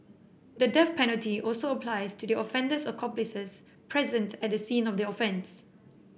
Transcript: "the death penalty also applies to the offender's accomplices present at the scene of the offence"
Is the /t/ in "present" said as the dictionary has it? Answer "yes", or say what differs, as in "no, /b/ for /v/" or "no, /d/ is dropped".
yes